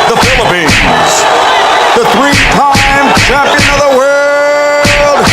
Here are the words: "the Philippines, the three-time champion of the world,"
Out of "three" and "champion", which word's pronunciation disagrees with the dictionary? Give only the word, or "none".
champion